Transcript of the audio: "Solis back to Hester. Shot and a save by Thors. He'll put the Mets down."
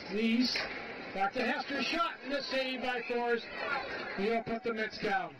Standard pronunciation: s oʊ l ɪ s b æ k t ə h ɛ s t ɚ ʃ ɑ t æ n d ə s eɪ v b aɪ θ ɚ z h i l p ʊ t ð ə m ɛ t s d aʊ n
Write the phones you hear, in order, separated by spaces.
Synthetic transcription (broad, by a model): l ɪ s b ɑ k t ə h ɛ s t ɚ ʃ ɑ t n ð ə s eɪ b aɪ f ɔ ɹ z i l p ʊ t ð ə m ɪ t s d aʊ n